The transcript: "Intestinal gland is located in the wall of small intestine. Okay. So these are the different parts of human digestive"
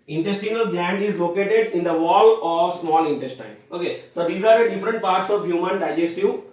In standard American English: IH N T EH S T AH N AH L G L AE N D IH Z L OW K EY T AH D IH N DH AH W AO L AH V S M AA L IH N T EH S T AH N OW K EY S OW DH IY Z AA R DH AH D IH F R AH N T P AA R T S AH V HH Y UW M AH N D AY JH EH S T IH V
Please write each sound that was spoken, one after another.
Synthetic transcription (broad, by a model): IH N T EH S T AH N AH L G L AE N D IH Z L OW K EY T AH D IH N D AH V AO L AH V S M AA L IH N T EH S T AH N OW K EY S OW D IY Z AA R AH D IH F R AH N T P AA R T S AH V HH Y UW M AH N D AY JH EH S T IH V